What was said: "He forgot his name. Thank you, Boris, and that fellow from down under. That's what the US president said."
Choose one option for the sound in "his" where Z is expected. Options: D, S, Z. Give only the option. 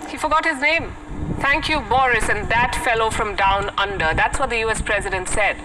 Z